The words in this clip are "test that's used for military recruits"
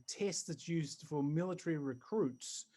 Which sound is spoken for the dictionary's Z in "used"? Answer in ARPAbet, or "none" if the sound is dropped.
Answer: Z